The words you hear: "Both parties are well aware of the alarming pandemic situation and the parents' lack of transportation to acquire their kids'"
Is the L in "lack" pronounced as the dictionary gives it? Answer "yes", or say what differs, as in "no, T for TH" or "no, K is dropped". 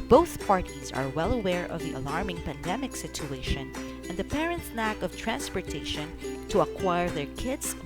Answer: no, N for L